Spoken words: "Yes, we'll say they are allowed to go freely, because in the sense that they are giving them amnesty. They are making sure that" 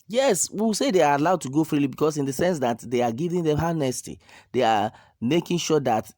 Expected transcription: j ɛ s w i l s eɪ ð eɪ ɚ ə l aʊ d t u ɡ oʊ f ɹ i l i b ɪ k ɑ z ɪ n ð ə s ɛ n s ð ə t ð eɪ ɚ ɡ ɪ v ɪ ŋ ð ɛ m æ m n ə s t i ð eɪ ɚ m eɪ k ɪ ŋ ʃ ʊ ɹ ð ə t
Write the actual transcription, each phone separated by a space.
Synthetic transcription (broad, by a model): j ɛ s w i w s eɪ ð eɪ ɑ ə l aʊ d t u ɡ oʊ f ɹ i l i b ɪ k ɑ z ɪ n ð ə s ɛ n s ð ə t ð eɪ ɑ ɡ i v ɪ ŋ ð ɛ m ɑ n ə s t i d eɪ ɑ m eɪ k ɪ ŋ ʃ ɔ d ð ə t